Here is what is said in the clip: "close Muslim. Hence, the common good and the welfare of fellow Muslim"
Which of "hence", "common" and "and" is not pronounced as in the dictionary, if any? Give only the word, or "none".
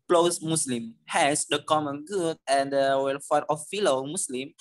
hence